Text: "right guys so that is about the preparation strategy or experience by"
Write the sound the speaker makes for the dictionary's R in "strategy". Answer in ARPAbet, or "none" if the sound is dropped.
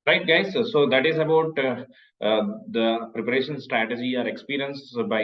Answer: R